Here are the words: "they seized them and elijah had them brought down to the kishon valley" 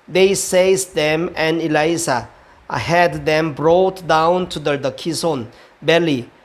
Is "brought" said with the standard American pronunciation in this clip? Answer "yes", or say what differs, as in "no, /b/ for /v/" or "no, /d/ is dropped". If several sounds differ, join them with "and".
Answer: yes